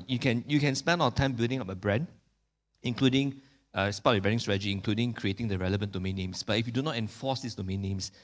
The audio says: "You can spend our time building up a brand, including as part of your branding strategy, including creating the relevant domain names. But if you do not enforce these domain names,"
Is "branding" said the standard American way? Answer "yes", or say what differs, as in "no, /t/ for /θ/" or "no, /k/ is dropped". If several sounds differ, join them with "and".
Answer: no, /ɹ/ is dropped